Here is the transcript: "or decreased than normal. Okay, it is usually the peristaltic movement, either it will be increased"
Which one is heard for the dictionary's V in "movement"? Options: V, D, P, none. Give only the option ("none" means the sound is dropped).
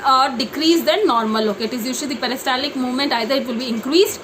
V